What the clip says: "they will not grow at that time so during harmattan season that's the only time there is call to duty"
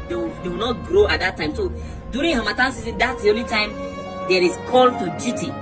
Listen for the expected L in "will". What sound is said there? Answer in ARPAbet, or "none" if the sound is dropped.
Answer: W